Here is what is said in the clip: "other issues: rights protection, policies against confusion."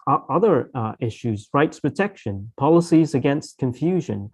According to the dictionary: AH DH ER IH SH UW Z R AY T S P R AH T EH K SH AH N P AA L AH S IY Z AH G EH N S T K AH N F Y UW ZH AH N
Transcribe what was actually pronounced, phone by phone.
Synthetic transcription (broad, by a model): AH DH ER IH SH UW Z R AY T S P R AH T EH K SH AH N P AA L AH S IY Z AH G EH N S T K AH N F Y UW ZH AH N